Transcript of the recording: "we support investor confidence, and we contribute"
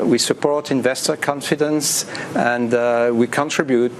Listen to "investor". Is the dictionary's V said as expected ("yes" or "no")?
yes